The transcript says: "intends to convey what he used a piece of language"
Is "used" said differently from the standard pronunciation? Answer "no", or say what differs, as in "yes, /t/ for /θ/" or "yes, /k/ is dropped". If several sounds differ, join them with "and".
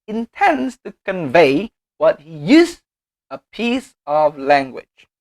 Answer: yes, /d/ is dropped